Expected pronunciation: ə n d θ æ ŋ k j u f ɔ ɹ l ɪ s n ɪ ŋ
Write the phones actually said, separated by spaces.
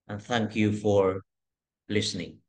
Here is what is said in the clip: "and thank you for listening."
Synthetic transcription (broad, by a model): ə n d θ æ ŋ k j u f ɔ ɹ l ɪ s n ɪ ŋ